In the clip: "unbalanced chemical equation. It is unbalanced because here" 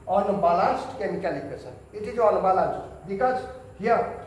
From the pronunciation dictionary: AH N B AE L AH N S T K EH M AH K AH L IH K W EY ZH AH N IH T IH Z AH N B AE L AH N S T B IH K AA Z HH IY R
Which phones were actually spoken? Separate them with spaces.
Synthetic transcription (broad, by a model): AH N B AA L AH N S T K EH M AH K AH L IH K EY S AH IH T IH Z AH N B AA L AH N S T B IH K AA S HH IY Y